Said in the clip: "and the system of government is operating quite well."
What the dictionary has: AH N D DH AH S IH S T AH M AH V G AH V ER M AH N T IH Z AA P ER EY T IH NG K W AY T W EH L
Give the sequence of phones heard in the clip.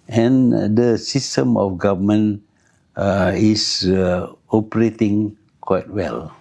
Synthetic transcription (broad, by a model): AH N D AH S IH S T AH M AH F G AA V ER M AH N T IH S AA P ER EY T IH NG K W AY T W EH L